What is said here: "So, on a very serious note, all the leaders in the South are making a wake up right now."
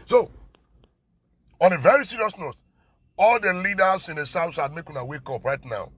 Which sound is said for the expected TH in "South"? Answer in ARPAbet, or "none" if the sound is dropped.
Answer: S